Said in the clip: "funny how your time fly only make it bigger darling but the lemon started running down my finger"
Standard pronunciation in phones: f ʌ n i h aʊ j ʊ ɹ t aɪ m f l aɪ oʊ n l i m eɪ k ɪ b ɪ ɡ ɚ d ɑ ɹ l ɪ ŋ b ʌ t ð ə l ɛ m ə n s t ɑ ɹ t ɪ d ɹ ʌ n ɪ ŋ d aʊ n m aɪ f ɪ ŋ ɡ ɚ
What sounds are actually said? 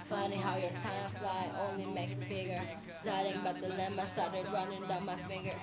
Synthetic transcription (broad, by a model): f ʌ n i h aʊ j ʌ ɹ t aɪ m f l aɪ oʊ n l i m eɪ k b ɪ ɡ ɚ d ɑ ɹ ɪ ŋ b ʌ t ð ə l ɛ m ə s t ɑ ɹ t ɪ d ɹ ʌ n ɪ ŋ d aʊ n m aɪ f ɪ ŋ ɡ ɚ